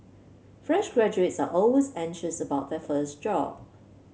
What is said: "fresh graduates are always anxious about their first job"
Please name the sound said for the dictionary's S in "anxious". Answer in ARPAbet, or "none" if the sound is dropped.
S